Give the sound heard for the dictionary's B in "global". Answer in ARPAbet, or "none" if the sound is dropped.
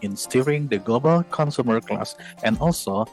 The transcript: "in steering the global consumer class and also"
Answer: B